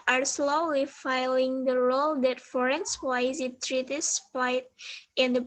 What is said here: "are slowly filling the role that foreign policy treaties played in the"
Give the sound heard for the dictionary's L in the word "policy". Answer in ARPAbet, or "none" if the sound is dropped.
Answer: none